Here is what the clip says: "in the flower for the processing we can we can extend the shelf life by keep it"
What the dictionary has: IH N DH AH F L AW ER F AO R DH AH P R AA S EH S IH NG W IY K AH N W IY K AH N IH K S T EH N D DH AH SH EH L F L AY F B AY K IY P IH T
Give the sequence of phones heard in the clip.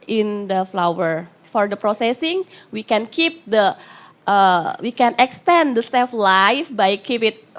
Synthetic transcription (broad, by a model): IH N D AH F L AW ER F AO R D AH P R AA S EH S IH NG W IY K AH N W IY K AH N IH K S T EH N D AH S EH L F L AY F B AY K IY P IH T